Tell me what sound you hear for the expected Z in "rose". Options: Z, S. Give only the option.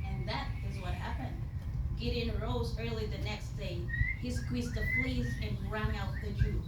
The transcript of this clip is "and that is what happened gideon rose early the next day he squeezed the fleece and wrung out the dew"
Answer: Z